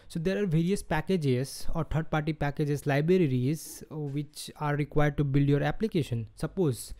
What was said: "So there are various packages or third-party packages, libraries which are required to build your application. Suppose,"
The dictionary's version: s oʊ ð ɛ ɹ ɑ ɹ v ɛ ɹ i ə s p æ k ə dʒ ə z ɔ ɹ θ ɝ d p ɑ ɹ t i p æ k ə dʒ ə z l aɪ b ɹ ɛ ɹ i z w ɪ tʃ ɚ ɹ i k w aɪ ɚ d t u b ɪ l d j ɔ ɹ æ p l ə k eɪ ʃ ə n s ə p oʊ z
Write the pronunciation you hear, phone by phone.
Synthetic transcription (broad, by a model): s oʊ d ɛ ɹ ɑ ɹ v ɛ ɹ i ə s p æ k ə dʒ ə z ɔ ɹ t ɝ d p ɑ ɹ t i p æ k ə dʒ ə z l aɪ b ɹ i ɹ i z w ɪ tʃ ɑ ɹ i k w aɪ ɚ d t u b ɪ l d j ɔ ɹ æ p l ə k eɪ ʃ ə n s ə p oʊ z